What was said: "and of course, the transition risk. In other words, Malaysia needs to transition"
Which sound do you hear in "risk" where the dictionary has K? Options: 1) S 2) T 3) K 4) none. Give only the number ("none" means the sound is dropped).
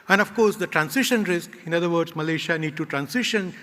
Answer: 3